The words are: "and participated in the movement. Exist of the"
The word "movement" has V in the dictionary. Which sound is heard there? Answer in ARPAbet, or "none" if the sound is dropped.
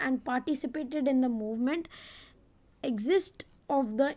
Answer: V